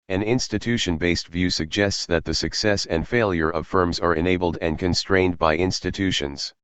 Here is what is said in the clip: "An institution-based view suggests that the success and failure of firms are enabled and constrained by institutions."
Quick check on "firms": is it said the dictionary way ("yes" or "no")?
yes